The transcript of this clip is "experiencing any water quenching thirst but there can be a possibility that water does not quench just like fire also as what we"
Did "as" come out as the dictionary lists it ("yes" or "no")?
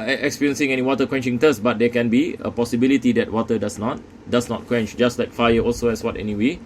no